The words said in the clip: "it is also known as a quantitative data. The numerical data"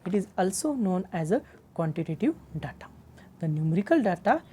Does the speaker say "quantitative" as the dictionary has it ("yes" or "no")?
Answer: yes